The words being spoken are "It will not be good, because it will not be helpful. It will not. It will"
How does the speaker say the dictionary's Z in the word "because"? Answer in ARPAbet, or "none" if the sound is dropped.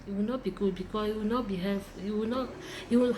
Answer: S